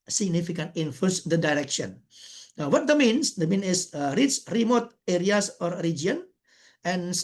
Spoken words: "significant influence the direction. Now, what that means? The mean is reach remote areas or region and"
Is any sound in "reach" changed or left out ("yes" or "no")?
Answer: yes